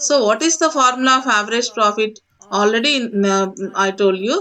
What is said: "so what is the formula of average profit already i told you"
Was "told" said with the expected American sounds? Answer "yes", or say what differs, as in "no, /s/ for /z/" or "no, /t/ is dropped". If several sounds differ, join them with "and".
yes